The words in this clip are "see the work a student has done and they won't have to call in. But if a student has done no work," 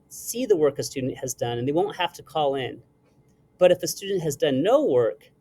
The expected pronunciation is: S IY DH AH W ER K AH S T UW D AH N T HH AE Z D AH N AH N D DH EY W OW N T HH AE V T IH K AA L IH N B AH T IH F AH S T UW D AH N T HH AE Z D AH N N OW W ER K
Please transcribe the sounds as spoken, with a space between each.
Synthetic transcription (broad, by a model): S IY DH AH W ER K AH S T UW D N T HH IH Z D AH N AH N DH EY W OW N T HH AE F T IH K AA L IH N B AH T IH F AH S T UW D N T HH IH Z D AH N N OW W ER K